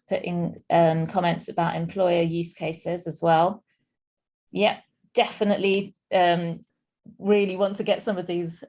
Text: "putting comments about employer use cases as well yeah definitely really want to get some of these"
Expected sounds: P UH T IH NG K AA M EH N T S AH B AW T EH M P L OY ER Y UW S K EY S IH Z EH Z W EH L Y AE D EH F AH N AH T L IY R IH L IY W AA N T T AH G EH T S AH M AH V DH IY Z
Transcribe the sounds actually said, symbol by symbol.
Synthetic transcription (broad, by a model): P UH T IH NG K AA M EH N T S AH B AW T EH M P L OY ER Y UW S K EY S IH Z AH Z W EH L Y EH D EH F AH N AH T L IY R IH L IY W AA N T T AH G EH T S AH M AH V DH IY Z